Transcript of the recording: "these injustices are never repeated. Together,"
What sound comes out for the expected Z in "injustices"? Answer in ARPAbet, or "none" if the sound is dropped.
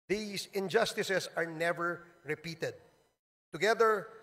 S